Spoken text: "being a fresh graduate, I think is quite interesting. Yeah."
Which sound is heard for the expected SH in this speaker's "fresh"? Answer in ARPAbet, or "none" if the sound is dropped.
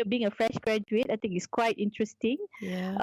SH